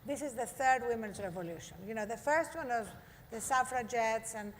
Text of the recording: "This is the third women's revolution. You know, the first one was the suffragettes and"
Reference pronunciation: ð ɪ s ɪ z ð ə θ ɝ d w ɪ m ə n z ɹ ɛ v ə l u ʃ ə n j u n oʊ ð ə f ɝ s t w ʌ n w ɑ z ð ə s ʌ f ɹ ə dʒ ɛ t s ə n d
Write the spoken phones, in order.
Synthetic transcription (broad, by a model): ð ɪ s ɪ z ð ə θ ɝ d w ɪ m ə n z ɹ ɛ v ə l u ʃ ə n j u n oʊ ð ə f ɝ s t w ʌ n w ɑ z ð ə s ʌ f ɹ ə dʒ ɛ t s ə n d